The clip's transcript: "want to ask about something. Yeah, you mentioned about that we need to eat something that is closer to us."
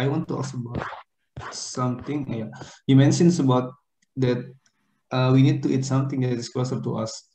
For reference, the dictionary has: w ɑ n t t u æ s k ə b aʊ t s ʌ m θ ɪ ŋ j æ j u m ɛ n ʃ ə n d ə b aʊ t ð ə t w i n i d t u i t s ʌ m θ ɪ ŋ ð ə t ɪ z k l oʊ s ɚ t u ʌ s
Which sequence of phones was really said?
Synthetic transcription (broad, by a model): w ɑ n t t u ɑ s ə b aʊ t s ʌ m t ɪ ŋ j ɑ j u m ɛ n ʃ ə n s ə b aʊ t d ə t w i n i d t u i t s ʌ m t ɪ ŋ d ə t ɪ s k l oʊ s ɚ t u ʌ s